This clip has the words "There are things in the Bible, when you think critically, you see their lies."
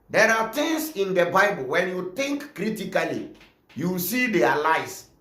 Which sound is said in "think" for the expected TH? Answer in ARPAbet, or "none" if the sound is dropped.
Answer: T